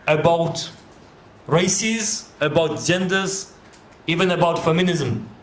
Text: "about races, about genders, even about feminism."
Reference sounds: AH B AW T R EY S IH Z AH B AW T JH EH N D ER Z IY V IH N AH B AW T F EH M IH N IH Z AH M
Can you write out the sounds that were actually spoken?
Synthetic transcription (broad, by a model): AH B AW T R EY S IH Z AH B AW T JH EH N D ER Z IY V IH N AH B AW T F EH M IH N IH Z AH M